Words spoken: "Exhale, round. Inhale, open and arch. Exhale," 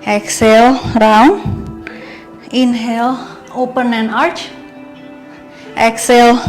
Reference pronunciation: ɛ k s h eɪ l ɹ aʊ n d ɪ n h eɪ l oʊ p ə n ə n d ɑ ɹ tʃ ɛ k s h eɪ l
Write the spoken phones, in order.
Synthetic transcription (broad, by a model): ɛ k s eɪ l ɹ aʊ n ɪ n h eɪ l oʊ p ə n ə n ɑ ɹ tʃ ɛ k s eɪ l